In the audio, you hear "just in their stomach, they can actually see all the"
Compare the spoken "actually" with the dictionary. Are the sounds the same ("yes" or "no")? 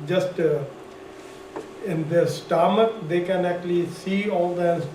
yes